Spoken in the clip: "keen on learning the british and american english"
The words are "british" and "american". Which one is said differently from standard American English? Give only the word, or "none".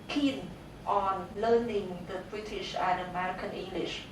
none